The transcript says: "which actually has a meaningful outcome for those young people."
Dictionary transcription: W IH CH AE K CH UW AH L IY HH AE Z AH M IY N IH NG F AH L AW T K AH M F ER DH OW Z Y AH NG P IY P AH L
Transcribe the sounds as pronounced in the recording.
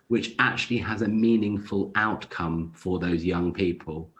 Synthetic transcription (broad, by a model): W IH CH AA K CH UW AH L IY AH Z AH M IY N IH NG F AH L AW T K AH M F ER DH OW Z Y AH NG P IY P AH L